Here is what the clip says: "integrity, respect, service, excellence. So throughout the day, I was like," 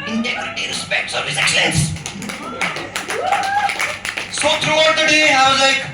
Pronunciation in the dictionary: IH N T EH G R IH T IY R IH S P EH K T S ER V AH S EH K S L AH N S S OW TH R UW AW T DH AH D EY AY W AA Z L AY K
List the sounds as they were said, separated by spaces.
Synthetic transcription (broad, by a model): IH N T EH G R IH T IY R IH S P EH K T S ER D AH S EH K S AH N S S OW T R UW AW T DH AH D EY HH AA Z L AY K